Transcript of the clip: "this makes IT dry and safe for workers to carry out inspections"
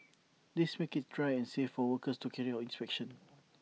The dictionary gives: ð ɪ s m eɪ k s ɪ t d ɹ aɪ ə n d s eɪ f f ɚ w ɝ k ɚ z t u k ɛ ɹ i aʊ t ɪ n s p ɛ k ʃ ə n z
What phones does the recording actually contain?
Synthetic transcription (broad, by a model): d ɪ s m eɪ k ɪ t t ɹ aɪ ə n s eɪ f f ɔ w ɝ k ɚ s t u k ɛ ɹ i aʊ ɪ n s p ɛ k ʃ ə n